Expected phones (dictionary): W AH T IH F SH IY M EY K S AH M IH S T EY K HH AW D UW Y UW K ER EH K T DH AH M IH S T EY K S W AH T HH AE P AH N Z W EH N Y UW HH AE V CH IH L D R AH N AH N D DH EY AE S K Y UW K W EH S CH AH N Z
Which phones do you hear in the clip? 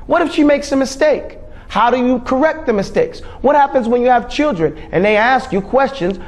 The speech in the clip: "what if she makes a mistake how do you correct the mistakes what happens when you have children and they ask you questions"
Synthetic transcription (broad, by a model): W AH T IH F SH IY M EY K S AH M IH S T EY K HH AW D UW Y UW K ER EH K T DH AH M IH S T EY K S W AH T HH AE P AH N Z W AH N Y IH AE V CH IH L D R AH N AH N DH EY AE S K Y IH K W EH S CH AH N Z